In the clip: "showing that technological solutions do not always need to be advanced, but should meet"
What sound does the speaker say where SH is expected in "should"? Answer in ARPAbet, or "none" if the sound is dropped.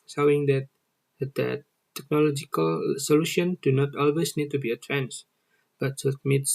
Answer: S